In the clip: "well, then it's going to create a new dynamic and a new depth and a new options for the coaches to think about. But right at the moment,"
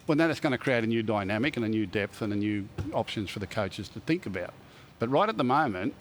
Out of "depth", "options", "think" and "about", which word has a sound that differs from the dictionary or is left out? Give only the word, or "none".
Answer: none